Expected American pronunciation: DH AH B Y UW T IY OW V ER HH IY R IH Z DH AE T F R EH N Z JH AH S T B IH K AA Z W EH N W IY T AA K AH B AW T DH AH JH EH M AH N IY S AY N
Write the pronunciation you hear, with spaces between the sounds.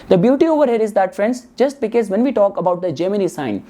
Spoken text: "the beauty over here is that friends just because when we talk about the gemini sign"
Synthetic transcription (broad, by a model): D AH B Y UW T IY OW V ER HH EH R IH Z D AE T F R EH N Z JH AH S T B IH K AA Z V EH N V IY T AA K AH B AW T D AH JH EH M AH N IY S AY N